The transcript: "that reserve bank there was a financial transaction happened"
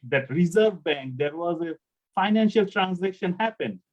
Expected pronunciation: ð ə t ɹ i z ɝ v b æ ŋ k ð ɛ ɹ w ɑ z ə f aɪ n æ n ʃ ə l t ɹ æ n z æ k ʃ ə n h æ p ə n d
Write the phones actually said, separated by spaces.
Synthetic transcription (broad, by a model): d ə t ɹ i z ɝ v b æ ŋ k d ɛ ɹ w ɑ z ə f aɪ n æ n ʃ ə l t ɹ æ n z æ k ʃ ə n h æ p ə n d